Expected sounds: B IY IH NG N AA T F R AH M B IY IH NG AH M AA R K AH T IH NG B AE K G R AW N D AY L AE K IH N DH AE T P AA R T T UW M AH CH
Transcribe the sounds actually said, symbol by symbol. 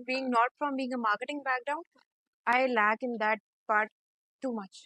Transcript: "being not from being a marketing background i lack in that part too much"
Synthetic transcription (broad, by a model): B IY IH NG N AA T F R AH M B IY IH NG AH M AA R K AH T IH NG B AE K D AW N AY L AE K IH N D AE T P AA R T T UW M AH CH